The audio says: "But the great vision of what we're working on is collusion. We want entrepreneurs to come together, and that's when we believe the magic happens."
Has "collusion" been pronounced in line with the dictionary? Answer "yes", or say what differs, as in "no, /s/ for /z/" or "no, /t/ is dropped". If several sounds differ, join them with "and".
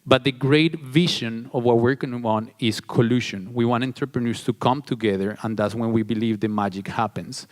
no, /ʃ/ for /ʒ/